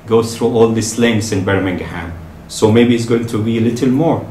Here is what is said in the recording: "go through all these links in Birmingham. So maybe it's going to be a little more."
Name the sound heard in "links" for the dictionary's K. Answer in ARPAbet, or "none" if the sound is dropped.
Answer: none